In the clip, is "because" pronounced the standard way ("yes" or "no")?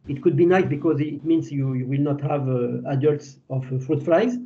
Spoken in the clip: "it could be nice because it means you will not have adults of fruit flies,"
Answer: yes